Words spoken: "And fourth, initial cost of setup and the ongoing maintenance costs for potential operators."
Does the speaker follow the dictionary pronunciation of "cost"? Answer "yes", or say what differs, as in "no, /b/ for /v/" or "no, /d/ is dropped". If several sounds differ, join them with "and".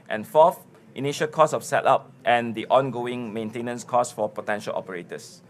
no, /t/ is dropped